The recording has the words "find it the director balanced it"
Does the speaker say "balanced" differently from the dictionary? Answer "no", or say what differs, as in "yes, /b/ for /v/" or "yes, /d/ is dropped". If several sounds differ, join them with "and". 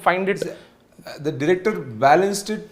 no